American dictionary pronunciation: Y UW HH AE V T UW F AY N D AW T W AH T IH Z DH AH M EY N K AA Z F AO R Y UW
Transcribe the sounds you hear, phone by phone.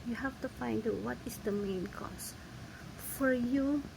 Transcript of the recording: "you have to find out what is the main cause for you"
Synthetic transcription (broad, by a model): Y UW HH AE F T UW F AY N D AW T W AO T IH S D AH M EY N K AA S F AO R Y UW